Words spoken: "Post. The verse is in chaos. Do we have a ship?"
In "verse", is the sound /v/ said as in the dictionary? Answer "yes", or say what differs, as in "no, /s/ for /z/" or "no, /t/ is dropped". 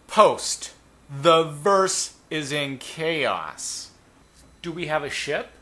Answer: yes